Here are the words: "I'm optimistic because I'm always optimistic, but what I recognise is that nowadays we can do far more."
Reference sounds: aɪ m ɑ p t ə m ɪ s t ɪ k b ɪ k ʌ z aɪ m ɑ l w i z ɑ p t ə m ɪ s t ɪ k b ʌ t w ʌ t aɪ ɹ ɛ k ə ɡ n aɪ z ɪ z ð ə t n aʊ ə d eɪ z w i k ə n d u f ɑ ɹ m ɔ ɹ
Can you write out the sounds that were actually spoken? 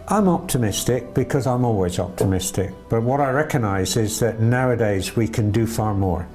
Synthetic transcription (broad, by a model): aɪ m ɑ p t ə m ɪ s t ɪ k b ɪ k ʌ z aɪ m ɑ l w i z ɑ p t ə m ɪ s t ɪ k b ʌ t w ʌ t aɪ ɹ ɛ k ə ɡ n aɪ z ɪ z ð ə t n aʊ ə d eɪ z w i k ə n d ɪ f ɑ ɹ m ɔ ɹ